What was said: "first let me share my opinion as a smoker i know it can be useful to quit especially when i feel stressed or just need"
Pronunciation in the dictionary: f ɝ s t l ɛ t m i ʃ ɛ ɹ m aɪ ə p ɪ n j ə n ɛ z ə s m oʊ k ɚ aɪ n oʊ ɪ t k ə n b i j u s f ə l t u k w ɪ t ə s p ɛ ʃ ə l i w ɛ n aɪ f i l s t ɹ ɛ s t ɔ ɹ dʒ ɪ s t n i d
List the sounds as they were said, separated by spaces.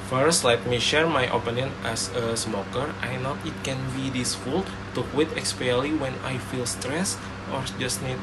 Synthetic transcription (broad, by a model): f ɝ s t l ɛ t m i ʃ ɛ ɹ m aɪ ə p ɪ n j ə n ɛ s ə s m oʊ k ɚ aɪ n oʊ ɪ t k ə n b i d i s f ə l t u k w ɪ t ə s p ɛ ə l i w ɛ n aɪ f i l s t ɹ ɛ s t ɔ ɹ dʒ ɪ s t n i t